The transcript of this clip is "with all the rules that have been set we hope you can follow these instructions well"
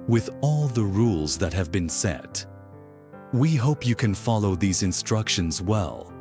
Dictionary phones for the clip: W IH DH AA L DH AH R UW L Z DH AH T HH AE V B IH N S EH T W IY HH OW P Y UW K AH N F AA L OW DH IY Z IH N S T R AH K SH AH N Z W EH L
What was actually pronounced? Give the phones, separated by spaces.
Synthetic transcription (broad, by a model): W IH DH AA L DH AH R UW L Z DH AH T HH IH V B IH N S EH T W IY HH OW P Y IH K AH N F AA L OW DH IY Z IH N S T R AH K SH AH N Z W EH L